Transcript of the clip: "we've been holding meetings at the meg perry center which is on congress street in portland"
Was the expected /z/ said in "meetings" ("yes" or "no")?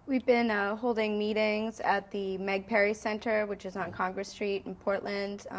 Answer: yes